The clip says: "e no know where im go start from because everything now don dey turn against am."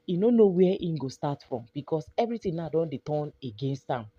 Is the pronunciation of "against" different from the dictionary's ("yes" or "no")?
no